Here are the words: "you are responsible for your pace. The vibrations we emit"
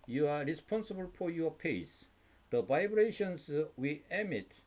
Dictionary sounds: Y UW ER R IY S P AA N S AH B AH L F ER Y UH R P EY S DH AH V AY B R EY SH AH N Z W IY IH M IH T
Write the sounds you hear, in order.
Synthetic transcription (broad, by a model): Y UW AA R IY S P AA N S AH B AH L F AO Y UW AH P EY S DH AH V AY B R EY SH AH N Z W IY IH M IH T